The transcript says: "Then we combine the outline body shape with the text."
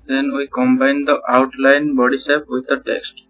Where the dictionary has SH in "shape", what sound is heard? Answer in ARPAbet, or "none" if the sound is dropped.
S